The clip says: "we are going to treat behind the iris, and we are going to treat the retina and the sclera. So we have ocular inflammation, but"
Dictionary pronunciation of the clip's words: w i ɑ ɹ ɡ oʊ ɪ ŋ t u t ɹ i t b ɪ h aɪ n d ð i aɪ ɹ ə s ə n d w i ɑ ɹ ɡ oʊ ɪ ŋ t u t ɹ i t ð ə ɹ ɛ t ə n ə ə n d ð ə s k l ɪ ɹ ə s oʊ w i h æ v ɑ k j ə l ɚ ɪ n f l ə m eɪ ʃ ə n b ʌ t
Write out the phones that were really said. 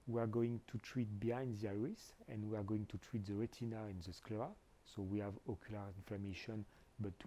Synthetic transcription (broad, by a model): w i ɑ ɹ ɡ oʊ ɪ ŋ t u t ɹ i t b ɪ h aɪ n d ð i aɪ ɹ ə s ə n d w i ɑ ɹ ɡ oʊ ɪ ŋ t u t ɹ i t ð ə ɹ ɛ t ə n ə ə n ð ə s k l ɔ ə s oʊ w i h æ v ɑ k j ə l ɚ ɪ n f l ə m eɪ ʃ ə n b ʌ t